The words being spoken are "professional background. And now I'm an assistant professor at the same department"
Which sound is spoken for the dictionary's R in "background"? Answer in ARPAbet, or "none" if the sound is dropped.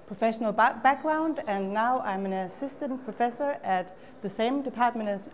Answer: R